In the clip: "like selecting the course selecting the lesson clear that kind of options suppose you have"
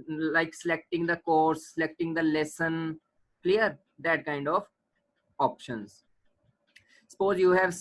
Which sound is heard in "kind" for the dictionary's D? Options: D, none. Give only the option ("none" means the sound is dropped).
D